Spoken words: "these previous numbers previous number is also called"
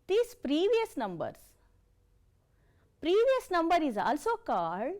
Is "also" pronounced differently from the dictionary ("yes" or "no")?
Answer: no